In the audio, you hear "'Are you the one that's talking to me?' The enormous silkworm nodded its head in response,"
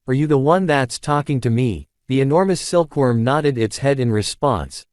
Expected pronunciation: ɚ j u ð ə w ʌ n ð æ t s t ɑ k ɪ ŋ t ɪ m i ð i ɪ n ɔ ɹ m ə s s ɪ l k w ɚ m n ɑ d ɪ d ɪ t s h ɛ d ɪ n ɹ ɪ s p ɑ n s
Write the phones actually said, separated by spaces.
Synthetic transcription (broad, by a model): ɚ j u ð ə w ʌ n ð æ t s t ɑ k ɪ ŋ t ɪ m i ð i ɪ n ɔ ɹ m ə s s ɪ l k w ɚ m n ɑ d ɪ d ɪ t s h ɛ d ɪ n ɹ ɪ s p ɑ n s